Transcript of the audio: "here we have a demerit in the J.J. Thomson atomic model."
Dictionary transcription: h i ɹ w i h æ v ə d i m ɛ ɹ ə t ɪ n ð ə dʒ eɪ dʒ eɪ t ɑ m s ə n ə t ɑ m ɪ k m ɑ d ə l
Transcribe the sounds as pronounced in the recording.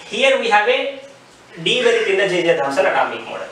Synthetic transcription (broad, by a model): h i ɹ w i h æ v ə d i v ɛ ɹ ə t ɪ n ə dʒ eɪ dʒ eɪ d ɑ s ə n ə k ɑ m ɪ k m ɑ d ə